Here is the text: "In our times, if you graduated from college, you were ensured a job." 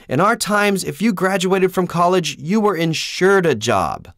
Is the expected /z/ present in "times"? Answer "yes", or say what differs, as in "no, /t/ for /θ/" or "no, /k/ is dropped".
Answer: yes